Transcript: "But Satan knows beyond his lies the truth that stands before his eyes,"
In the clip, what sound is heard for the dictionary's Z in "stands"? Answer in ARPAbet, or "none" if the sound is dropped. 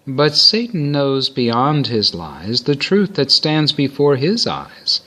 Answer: Z